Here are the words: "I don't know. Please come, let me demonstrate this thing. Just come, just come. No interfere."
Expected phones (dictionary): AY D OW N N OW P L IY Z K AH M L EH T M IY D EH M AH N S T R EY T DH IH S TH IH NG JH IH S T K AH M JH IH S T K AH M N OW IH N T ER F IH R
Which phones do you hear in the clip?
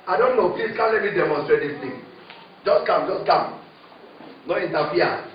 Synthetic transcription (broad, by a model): AY D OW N N OW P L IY S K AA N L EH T M IY D EH M AH N S T R EY T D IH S T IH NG JH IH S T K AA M JH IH S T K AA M N OW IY N T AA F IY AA